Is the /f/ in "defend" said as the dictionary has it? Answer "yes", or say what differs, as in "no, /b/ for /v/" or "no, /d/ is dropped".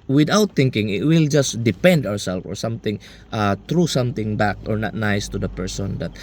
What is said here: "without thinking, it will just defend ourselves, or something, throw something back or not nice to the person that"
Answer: no, /p/ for /f/